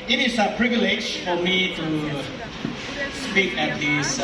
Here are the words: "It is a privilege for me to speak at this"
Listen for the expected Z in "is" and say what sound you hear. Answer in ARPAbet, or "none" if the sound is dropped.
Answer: S